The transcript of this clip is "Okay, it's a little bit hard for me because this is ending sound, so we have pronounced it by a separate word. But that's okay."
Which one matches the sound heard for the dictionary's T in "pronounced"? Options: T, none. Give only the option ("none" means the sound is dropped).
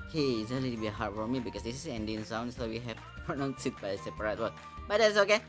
none